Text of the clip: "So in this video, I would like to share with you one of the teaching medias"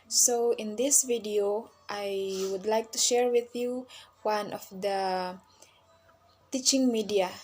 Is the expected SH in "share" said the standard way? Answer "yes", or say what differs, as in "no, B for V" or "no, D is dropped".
yes